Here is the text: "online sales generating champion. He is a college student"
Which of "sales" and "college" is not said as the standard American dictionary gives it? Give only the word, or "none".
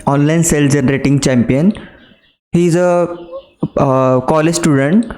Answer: sales